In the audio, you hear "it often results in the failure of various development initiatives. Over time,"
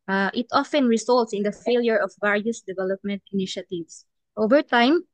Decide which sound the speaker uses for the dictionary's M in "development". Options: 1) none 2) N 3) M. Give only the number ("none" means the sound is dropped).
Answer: 3